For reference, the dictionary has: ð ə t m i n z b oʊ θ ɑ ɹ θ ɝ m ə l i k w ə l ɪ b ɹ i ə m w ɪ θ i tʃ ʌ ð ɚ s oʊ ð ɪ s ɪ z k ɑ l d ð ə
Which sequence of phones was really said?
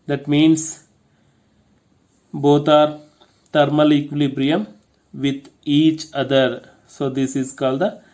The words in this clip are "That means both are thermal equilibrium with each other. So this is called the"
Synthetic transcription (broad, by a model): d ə t m i n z b oʊ t ɑ ɹ t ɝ m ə l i k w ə l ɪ b ɹ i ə m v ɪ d i tʃ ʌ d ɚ s oʊ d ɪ s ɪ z k ɑ l d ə